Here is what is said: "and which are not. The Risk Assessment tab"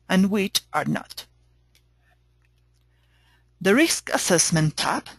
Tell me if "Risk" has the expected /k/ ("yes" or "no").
yes